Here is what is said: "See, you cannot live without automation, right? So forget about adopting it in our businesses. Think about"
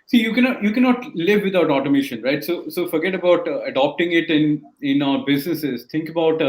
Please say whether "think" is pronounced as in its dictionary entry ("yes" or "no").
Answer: no